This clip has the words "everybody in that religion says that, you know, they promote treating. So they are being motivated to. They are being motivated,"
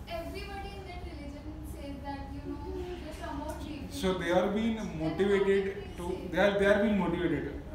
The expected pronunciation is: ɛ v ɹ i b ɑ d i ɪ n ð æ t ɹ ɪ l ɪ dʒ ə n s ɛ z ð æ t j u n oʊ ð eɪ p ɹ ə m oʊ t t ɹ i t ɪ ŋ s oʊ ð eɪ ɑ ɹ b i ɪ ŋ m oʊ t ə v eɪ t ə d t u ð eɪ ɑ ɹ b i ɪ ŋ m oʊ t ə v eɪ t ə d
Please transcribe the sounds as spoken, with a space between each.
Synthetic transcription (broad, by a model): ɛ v ɹ i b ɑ d i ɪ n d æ t ɹ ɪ l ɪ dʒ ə n s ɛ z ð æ t j u n oʊ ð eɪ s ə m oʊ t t i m s oʊ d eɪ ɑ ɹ b i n m oʊ t ə v eɪ t ə d t u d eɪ ɑ ɹ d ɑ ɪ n m oʊ t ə v eɪ t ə d